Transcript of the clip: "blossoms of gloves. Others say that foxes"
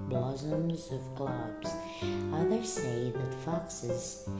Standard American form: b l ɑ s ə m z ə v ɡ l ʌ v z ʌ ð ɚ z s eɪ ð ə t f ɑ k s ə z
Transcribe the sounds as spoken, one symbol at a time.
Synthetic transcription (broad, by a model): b l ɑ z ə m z ə v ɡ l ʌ b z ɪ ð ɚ s eɪ ð ə t f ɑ k s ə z